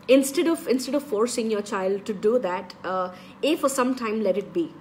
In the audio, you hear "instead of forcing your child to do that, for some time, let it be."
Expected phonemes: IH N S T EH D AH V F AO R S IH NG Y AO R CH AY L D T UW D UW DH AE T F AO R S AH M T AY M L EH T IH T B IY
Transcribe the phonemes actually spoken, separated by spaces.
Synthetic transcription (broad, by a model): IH N S T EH D AH V F AO R S IH NG Y AO R CH AY L D T UW D UW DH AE T F AO R S AH M T AY M L EH T IH T B IY